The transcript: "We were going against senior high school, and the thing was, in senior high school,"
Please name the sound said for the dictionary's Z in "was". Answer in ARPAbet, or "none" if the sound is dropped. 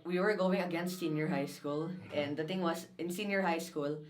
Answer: S